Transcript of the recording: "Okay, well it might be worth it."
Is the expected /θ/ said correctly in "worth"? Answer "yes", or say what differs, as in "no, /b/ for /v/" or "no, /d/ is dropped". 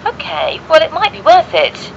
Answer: yes